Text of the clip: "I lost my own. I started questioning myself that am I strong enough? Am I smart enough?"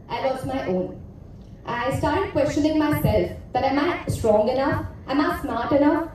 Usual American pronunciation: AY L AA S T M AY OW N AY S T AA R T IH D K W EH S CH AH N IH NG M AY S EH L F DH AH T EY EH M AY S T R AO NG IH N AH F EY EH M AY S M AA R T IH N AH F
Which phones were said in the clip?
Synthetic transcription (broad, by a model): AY W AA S M AY OW N AY S T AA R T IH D K W EH S CH AH N IH NG M AY S EH L F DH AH T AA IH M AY S T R AO NG IH N AH F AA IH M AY S M AA R T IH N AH F